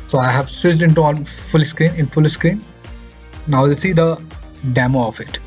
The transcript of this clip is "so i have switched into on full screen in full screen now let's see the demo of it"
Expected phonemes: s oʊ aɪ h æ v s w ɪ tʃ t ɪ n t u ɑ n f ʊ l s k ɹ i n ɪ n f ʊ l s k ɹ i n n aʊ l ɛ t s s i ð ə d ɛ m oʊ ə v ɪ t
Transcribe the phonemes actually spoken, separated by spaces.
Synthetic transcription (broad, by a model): s oʊ aɪ h æ v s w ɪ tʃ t ɪ n t u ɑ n f ʊ l s k ɹ i n ɪ n f ʊ l s k ɹ i n n aʊ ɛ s s i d ə d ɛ m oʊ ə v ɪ t